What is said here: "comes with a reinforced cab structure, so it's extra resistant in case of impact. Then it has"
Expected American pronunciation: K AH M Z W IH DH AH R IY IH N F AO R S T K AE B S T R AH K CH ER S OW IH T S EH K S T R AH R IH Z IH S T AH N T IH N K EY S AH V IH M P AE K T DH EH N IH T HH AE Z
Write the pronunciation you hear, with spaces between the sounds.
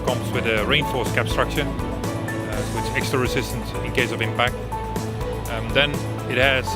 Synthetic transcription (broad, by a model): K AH M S W IH DH AH R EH IH N F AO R S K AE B S T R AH K SH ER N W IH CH EH K S T R AH R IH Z IH S T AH N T IH N K EY S AH V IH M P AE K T DH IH N IH T HH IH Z